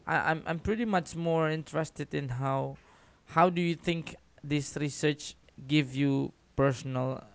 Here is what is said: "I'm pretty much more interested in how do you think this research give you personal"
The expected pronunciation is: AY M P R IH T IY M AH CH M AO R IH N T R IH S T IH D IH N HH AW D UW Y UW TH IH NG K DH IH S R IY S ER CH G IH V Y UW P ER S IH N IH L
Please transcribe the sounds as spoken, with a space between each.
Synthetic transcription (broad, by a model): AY M P R IH T IY M AH CH M AO R IH N T R IH S T IH D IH N HH AW D UW Y UW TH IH NG K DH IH S R IY S ER CH G IH V Y UW P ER S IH N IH L